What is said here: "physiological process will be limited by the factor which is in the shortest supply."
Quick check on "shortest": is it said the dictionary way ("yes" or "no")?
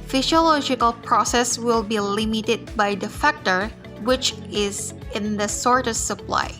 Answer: no